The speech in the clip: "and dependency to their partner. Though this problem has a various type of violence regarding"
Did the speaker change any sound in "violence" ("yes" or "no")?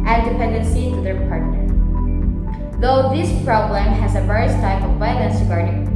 yes